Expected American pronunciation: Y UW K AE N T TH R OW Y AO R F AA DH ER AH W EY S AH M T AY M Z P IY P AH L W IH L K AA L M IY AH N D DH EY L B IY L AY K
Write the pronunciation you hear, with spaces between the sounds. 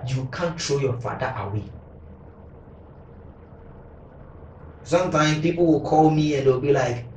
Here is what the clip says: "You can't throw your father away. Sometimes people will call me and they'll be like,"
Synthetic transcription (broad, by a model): Y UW K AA N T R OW Y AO F AA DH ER AH W EY S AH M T AY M P IY P AH L W IH L K AA L M IY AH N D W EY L B IY L AY K